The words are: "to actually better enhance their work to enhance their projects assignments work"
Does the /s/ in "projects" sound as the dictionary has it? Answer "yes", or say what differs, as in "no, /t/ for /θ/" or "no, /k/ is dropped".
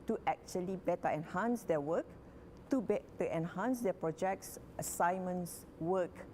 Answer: yes